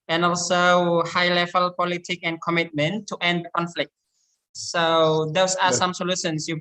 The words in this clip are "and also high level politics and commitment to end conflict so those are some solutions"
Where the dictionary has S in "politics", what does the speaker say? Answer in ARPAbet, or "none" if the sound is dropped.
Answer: none